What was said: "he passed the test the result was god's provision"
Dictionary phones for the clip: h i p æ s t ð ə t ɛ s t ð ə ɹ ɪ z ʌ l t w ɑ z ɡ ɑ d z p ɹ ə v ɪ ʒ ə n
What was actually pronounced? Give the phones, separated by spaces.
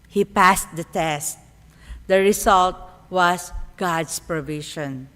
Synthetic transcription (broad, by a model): h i p æ s t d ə t ɛ s t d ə ɹ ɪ s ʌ l t w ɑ s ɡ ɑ d s p ɹ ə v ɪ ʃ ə n